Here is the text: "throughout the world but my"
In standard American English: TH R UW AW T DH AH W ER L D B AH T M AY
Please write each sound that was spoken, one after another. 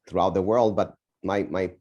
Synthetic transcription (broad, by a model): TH R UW AW T DH AH W ER L D B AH T M AY